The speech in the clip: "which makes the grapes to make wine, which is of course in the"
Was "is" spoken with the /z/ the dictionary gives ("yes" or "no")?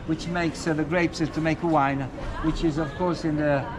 yes